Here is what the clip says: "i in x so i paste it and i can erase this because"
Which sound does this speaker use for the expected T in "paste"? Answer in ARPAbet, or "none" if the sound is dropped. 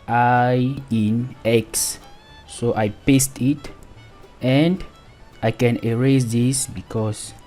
T